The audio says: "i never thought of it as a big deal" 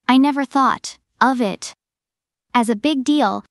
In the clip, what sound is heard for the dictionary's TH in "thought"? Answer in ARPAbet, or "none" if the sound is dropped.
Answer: TH